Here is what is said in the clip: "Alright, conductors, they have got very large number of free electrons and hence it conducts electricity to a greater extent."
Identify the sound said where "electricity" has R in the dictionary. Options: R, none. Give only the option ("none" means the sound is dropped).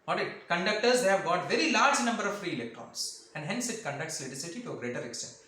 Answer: none